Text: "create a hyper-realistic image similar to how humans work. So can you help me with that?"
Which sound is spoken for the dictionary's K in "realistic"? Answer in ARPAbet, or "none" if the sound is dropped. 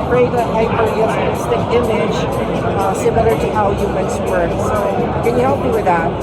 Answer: none